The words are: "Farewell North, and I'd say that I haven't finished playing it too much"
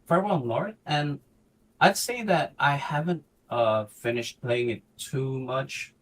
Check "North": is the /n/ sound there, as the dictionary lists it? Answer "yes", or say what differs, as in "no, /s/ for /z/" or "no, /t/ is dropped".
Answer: no, /l/ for /n/